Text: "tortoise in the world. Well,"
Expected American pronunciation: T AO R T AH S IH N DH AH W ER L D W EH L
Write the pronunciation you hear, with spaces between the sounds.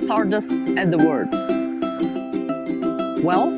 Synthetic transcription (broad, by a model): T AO R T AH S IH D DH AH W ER D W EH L